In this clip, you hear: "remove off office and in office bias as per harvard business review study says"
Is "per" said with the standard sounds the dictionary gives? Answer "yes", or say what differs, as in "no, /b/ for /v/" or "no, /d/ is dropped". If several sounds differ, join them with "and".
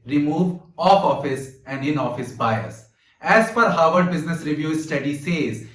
no, /f/ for /p/